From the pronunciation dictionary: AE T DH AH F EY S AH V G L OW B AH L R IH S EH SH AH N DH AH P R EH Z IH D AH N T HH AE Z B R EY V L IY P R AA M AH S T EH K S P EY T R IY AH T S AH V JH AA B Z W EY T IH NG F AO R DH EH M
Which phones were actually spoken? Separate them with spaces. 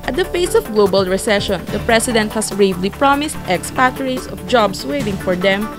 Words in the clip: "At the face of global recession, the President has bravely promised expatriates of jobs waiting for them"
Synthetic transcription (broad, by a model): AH T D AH F EY S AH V G L OW B AH L R IH S EH SH AH N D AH P R EH S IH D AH N T HH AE S B R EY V L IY P R AA M AH S T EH K S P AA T R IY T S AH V JH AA B S W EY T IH NG F AO R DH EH M